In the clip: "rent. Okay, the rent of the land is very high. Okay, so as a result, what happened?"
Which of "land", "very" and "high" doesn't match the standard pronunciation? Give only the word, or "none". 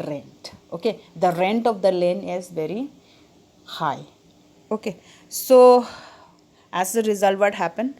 land